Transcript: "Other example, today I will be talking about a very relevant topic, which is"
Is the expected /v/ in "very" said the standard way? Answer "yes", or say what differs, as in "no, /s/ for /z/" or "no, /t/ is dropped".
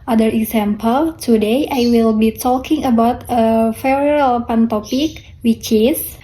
no, /f/ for /v/